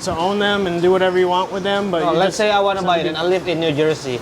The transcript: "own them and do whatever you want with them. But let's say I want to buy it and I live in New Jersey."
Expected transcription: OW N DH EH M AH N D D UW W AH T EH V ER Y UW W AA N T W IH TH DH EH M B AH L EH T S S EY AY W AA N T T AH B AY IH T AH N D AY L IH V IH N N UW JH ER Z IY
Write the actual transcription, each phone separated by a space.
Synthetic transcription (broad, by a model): OW N DH EH M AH N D D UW W AH T EH V ER Y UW W AA N T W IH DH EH M B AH L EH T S S EY AY W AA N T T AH B AY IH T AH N AY L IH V IH N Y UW JH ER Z IY